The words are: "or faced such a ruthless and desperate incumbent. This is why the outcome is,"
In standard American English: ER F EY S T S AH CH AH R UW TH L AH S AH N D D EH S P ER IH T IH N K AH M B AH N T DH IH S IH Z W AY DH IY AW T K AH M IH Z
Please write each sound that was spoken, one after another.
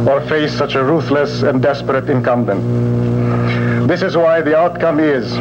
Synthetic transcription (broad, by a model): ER F EY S S AH CH AH R UW TH L AH S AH N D D EH S P ER IH T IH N K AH M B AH N T DH IH S IH Z W AY DH IY AW T K AH M IH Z